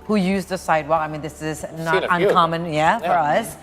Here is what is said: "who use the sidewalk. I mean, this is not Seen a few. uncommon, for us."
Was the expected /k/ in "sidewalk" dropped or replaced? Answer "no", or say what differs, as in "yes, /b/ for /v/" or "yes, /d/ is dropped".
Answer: yes, /k/ is dropped